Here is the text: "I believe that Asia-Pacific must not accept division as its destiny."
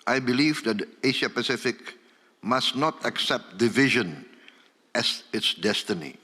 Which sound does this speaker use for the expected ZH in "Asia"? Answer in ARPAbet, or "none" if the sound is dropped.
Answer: SH